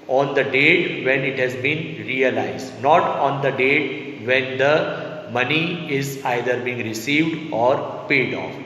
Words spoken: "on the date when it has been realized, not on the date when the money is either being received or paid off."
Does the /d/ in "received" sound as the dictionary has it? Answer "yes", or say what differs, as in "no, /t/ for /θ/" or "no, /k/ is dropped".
yes